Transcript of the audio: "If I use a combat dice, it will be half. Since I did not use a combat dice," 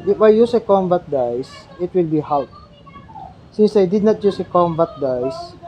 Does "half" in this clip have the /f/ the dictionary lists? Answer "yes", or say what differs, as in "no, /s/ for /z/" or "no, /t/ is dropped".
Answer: no, /p/ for /f/